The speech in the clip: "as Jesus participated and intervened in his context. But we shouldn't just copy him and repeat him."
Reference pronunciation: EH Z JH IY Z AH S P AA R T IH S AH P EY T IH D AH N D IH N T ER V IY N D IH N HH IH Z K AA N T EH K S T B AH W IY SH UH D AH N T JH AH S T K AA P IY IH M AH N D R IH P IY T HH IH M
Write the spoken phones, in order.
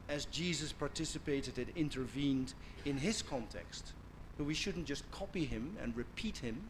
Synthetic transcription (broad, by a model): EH Z JH IY Z AH S P AA R T IH S AH P EY T IH D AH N IH N T ER V IY N D IH N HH IH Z K AA N T EH K S T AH W IY SH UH D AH N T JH AH S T K AA P IY IH M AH N R IH P IY T HH IH M